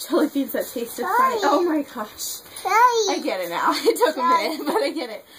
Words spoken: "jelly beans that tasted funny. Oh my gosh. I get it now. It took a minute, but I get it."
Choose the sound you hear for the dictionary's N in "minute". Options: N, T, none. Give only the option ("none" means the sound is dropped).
none